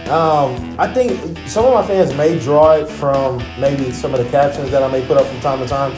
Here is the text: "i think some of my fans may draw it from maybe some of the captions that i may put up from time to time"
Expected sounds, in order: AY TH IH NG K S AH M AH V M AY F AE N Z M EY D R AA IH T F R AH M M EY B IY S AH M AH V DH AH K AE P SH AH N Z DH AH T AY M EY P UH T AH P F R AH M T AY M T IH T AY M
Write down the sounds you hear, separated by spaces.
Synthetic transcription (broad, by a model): AY TH IH NG K S AH M AH V M AY F AE N Z M EY D R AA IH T F R AH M M EY B IY S AH M AH V DH AH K AE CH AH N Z DH AH T AY M EY P UH T AH P F R AH M T AY M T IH T AY M